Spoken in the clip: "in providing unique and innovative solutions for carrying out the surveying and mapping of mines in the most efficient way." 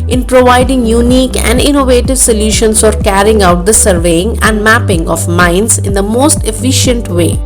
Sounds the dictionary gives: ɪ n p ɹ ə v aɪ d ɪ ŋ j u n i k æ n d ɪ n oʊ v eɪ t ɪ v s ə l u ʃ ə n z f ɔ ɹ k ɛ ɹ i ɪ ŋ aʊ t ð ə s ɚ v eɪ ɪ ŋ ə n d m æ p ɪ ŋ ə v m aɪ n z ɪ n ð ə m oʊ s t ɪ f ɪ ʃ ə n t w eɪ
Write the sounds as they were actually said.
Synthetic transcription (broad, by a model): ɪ n p ɹ ə v aɪ d ɪ ŋ j u n i k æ n d ɪ n oʊ v eɪ t ɪ v s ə l u ʃ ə n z f ɔ ɹ k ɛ ɹ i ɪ ŋ aʊ t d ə s ɚ v eɪ ɪ ŋ ə n d m æ p ɪ ŋ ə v m aɪ n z ɪ n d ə m oʊ s t ɪ f ɪ ʃ ə n t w eɪ